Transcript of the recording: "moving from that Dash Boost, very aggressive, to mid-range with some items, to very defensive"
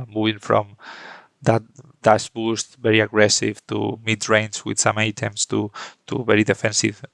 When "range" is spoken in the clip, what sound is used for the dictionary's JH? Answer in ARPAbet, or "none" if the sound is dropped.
Z